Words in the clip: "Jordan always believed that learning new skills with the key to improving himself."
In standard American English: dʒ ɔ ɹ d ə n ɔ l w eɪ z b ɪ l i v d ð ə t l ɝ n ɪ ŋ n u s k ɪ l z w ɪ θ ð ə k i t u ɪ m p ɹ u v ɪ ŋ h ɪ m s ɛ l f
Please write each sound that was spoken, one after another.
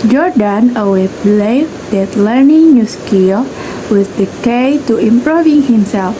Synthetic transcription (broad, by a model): dʒ ɔ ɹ d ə n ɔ w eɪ b l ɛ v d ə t l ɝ n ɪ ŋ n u s k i w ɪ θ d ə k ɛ t u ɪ m p ɹ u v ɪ ŋ h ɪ m s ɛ l f